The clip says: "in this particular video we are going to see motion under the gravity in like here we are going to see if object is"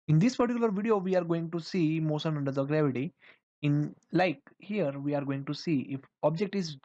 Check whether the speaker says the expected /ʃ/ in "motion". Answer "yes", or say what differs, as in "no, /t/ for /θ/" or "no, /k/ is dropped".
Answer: no, /s/ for /ʃ/